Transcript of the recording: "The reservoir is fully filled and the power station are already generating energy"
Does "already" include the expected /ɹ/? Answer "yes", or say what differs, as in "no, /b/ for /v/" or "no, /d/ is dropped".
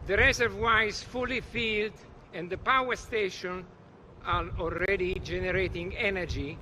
no, /l/ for /ɹ/